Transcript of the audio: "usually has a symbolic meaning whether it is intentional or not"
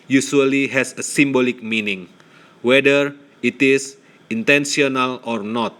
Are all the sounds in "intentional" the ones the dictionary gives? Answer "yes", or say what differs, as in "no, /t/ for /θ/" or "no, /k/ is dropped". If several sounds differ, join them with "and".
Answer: no, /s/ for /ʃ/